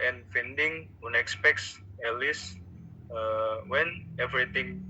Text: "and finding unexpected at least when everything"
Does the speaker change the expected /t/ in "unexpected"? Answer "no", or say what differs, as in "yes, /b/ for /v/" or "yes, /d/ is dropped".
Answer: yes, /s/ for /t/